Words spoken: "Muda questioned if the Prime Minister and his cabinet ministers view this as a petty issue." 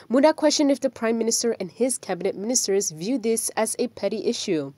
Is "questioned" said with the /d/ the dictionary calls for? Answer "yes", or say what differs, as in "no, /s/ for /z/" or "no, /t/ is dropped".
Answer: yes